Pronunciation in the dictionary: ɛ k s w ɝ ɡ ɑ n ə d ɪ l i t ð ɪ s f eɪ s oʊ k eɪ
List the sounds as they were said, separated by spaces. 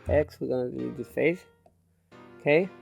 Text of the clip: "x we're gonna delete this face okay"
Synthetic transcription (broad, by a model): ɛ k s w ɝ ɡ ɑ n ə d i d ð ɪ f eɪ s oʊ k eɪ